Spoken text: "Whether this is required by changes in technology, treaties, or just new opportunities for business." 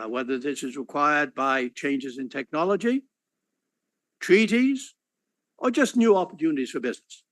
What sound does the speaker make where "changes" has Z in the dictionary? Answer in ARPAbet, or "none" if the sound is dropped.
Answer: Z